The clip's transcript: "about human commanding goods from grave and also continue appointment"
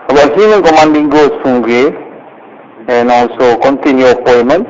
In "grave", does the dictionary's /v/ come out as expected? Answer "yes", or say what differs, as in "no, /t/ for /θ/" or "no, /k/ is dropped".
no, /v/ is dropped